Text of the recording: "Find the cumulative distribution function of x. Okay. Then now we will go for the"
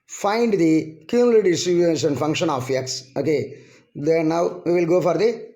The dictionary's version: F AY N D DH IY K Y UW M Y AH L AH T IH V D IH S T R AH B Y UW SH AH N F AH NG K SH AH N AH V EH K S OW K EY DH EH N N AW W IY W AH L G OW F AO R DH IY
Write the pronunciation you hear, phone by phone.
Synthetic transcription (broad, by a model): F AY N D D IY K Y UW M L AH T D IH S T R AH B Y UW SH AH N F AH NG K SH AH N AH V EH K S OW K EY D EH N N AW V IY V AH L G OW F AO R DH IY